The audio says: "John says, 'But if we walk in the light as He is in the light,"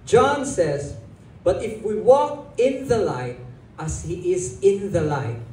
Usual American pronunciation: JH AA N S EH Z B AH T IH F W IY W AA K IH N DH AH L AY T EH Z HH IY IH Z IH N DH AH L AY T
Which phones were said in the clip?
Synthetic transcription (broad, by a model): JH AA N S EH Z B AH T IH F W IY W AA K IH N DH AH L AY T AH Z HH IY IH Z IH N DH AH L AY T